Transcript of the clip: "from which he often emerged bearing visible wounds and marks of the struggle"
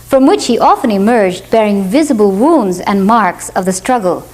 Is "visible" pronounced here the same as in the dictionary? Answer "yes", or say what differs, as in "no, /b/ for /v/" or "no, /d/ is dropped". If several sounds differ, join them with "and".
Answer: yes